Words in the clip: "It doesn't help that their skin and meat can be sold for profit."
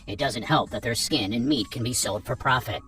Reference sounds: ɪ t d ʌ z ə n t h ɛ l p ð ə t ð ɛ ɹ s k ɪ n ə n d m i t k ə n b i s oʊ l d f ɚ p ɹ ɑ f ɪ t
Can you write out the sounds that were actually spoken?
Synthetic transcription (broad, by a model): ɪ t d ʌ z ə n t h ɛ l p ð ə t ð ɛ ɹ s k ɪ n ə n m i t k n b i s oʊ l d f ɚ p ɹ ɑ f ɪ t